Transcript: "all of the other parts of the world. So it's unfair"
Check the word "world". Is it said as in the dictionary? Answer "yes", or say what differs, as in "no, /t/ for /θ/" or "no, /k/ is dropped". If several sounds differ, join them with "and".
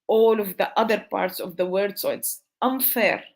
no, /l/ is dropped